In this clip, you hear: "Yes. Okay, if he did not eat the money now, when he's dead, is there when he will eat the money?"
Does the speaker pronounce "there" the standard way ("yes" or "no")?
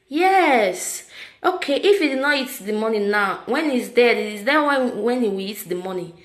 no